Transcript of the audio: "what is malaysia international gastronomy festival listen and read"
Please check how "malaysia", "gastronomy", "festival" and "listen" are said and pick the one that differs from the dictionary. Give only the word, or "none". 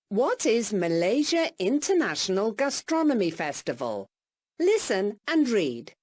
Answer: none